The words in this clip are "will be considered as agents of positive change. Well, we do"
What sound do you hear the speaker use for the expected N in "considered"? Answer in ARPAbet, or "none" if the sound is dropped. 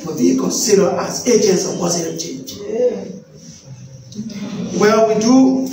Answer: none